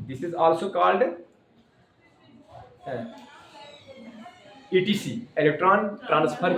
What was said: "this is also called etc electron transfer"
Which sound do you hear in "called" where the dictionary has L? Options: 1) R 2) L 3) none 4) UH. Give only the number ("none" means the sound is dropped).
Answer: 2